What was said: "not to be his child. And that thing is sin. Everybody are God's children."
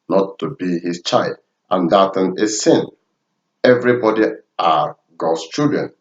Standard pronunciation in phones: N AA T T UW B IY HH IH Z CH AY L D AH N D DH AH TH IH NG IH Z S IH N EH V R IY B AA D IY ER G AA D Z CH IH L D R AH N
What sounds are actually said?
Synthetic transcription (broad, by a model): N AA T T UW B IY HH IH S CH AY L D AH N D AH T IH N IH S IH N EH V R IY B AA D IY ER G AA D S CH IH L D R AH N